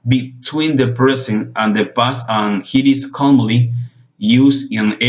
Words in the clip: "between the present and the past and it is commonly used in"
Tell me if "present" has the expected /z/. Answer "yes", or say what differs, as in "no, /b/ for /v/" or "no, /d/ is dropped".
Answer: no, /s/ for /z/